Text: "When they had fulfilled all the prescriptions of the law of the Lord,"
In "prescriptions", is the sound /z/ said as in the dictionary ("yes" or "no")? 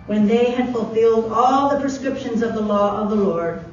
yes